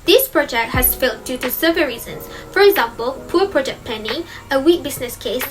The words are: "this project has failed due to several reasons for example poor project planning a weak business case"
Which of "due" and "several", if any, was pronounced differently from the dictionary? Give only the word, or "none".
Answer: several